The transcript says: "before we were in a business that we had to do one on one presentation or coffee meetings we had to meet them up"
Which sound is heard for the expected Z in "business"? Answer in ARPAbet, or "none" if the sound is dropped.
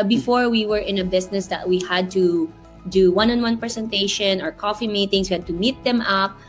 S